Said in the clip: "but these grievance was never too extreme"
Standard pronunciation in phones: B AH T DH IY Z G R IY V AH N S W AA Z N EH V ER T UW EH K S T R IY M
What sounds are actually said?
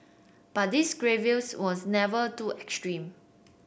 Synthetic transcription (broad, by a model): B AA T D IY S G R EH V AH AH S W AA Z N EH V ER T UW EH K S T R IY M